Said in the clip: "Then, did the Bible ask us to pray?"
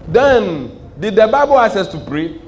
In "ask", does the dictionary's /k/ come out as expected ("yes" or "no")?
no